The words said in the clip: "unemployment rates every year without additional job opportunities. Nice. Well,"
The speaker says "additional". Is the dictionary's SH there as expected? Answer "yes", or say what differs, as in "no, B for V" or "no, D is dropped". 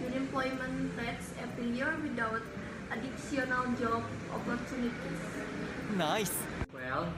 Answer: no, S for SH